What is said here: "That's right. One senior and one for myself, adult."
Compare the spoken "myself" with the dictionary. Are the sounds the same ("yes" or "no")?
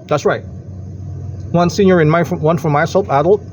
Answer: no